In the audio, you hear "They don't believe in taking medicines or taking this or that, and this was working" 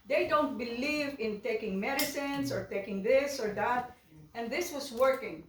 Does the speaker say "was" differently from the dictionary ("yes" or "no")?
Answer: yes